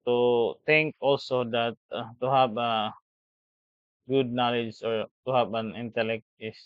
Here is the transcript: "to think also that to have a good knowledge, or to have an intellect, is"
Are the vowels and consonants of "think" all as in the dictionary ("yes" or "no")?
no